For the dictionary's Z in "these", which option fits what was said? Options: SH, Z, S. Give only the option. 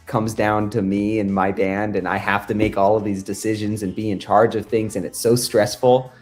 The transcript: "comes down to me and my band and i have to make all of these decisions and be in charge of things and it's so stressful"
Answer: Z